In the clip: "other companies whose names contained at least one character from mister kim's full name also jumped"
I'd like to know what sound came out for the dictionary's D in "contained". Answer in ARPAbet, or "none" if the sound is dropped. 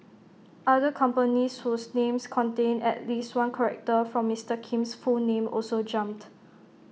none